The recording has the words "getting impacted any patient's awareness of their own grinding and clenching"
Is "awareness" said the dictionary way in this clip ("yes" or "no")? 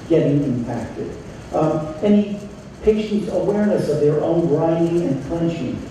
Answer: yes